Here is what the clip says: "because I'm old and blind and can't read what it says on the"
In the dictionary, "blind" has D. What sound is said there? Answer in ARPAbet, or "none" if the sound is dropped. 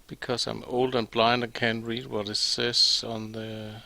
D